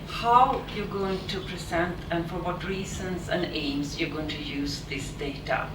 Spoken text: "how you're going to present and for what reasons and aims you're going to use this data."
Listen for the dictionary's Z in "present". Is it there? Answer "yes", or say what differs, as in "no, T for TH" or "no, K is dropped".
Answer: no, S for Z